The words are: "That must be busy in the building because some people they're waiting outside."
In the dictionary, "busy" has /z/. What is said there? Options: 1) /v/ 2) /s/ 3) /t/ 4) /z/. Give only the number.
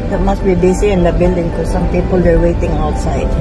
2